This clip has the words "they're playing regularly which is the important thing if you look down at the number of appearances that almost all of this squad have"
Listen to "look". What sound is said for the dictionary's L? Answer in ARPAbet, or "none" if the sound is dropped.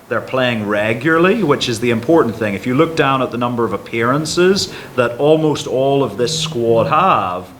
L